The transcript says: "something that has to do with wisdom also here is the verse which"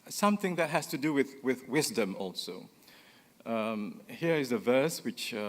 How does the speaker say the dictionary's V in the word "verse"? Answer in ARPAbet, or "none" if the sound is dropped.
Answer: V